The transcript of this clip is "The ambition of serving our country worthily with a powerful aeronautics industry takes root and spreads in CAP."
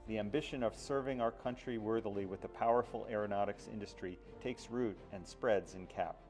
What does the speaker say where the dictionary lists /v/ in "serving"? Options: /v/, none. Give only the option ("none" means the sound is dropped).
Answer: /v/